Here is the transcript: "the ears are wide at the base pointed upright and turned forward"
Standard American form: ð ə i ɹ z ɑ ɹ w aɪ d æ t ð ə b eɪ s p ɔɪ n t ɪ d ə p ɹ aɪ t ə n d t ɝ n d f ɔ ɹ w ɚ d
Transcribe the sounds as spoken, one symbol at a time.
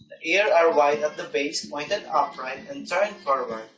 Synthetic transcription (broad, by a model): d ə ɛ ɹ ɑ ɹ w aɪ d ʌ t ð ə b eɪ s p ɔɪ n t ɪ d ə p ɹ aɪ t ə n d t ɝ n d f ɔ ɹ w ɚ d